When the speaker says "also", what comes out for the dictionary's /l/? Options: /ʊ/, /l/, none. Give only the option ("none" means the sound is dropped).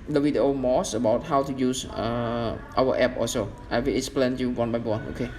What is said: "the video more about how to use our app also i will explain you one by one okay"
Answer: none